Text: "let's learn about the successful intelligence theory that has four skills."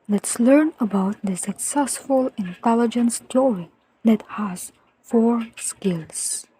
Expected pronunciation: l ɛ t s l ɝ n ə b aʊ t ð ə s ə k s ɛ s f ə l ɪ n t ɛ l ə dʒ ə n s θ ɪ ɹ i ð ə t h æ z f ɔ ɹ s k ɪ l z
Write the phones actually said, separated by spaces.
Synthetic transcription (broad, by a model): l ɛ t s l ɝ n ə b aʊ t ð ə s ə k s ɛ s f ə l ɪ n t ɛ l ə dʒ ə n s t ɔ ɹ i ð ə t h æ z f ɔ ɹ s k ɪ l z